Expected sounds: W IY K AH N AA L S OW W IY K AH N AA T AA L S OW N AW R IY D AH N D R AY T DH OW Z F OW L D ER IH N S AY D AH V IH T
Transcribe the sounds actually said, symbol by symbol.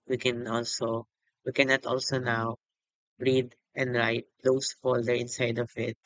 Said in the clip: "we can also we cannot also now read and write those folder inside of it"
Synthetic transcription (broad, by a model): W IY K AH N AA L S OW W IY K AH N AA T AA L S OW N AW R IY D AH N D R AY T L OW S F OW L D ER IH N S AY D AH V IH T